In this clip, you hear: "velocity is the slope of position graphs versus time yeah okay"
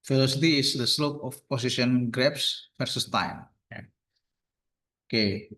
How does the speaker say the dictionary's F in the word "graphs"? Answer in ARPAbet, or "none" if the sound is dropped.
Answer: P